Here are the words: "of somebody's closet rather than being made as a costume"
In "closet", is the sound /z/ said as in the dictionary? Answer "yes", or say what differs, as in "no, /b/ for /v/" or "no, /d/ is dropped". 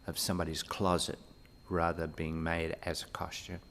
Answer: yes